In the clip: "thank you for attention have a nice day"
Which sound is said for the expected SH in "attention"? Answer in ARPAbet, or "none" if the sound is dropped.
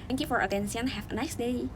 S